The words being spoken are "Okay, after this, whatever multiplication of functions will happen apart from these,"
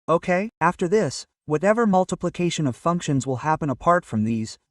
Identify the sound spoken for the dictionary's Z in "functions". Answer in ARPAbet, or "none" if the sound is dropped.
Z